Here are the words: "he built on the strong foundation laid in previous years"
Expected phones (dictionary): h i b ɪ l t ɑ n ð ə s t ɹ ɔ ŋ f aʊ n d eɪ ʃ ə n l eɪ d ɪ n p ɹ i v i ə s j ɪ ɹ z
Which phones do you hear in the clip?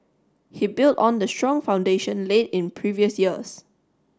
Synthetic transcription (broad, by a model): h i b ɪ l t ɑ n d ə s t ɹ ɔ ŋ f aʊ n d eɪ ʃ ə n l eɪ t ɪ n p ɹ i v i ə s j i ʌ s